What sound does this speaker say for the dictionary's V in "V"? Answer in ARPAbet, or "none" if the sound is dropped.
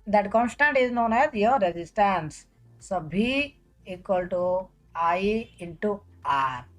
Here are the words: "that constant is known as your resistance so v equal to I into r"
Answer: B